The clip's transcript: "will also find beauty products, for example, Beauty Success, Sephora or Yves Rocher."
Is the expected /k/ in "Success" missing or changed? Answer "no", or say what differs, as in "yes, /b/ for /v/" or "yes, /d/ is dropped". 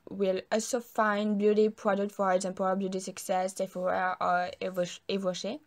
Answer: no